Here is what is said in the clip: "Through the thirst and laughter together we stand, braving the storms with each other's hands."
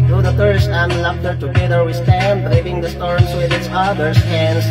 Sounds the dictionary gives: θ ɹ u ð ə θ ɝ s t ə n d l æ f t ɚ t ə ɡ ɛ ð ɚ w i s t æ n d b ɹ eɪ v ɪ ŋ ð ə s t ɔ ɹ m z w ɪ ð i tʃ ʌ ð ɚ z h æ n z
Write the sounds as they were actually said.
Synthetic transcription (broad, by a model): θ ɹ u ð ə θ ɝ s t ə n l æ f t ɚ t ə ɡ ɛ ð ɚ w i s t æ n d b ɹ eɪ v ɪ ŋ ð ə s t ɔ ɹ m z w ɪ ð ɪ s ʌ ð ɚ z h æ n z